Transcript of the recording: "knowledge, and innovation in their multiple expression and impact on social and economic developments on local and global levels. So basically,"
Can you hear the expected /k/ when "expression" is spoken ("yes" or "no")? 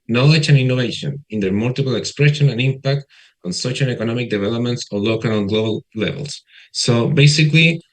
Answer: yes